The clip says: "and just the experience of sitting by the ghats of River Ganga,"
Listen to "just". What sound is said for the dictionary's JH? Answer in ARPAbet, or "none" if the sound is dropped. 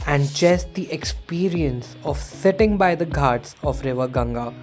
CH